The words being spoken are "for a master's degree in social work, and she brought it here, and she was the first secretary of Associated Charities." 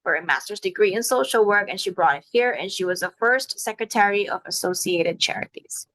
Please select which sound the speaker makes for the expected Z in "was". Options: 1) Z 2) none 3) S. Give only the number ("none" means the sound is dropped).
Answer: 1